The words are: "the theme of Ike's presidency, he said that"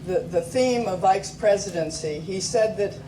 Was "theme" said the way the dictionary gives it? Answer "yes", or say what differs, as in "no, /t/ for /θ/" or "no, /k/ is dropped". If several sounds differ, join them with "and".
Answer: yes